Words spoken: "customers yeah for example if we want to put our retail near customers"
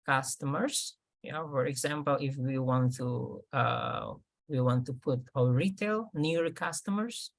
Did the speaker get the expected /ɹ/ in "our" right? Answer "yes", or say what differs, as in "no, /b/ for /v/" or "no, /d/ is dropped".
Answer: no, /l/ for /ɹ/